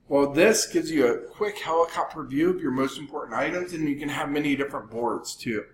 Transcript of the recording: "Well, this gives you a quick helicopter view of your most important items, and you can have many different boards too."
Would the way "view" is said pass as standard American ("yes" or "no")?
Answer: yes